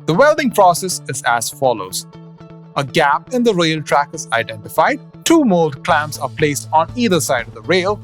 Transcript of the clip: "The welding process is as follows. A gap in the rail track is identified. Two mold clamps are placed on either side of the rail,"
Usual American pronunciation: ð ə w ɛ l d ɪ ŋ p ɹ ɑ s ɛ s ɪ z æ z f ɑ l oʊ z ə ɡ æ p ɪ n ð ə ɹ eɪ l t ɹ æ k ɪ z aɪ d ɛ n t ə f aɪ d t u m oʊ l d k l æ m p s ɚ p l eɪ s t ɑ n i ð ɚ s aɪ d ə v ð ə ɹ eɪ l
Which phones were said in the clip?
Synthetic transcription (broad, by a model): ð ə w ɛ l d ɪ ŋ p ɹ ɑ s ɛ s ɪ z æ z f ɑ l oʊ z ə ɡ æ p ɪ n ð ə ɹ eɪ l t ɹ æ k ɪ z aɪ d ɛ n t ə f aɪ d t u m oʊ l d k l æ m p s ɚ p l eɪ s t ɑ n i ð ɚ s aɪ d ə v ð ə ɹ eɪ l